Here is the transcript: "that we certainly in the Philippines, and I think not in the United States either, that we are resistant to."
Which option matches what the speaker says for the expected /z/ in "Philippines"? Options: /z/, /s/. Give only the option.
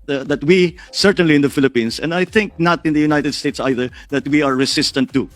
/s/